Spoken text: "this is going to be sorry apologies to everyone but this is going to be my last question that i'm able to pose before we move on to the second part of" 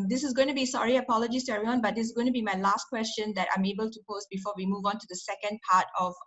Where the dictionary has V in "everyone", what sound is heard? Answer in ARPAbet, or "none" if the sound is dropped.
none